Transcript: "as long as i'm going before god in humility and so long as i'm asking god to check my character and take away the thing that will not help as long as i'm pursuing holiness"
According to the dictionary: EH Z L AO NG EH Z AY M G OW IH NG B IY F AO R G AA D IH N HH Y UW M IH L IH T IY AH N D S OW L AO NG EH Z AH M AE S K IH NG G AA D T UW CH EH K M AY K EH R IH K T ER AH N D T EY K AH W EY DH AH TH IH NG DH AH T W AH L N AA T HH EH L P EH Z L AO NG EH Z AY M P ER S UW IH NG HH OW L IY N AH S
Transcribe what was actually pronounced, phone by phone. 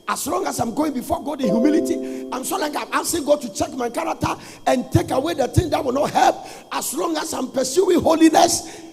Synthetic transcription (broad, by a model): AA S L AO NG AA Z AY M G OW IH NG B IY F AO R G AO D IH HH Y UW M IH L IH T IY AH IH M S OW L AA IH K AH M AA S IH G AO T UW CH EH K M AY K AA R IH K T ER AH N T EY K AH W EY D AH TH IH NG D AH T W AH L N AA T HH EH L P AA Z L AO NG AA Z AY M P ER S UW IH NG HH OW L IY N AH S